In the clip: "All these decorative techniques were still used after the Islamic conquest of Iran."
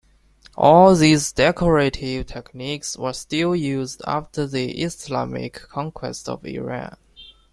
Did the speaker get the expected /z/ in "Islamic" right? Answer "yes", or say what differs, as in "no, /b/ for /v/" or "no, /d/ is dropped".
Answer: no, /s/ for /z/